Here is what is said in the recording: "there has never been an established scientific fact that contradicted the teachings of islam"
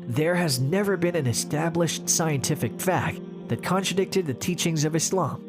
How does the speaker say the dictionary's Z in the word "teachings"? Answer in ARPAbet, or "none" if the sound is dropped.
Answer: Z